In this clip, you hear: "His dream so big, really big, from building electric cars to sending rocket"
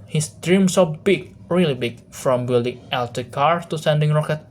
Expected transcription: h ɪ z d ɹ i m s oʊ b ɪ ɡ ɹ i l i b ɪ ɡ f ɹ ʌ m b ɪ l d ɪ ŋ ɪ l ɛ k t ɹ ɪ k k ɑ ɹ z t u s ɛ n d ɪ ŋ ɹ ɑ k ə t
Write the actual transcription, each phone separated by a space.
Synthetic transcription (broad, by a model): h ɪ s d ɹ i m s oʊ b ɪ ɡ ɹ i l i b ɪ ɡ f ɹ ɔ m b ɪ l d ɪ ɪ l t ɪ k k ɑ ɹ s t u s ɛ n d ɪ ŋ ɹ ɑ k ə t